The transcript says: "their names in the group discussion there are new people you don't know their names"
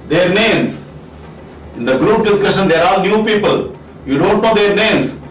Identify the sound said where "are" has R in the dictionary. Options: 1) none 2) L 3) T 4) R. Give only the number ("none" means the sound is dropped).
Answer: 2